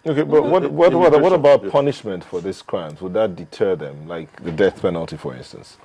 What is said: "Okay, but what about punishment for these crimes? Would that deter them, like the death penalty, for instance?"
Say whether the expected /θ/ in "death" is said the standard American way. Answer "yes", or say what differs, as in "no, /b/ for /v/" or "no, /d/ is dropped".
yes